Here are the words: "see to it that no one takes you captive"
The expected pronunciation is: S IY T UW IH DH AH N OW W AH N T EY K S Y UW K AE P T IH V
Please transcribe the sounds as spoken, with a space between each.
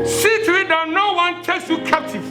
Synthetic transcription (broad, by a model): S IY T UW IH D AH N OW W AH N T EY K S Y UW K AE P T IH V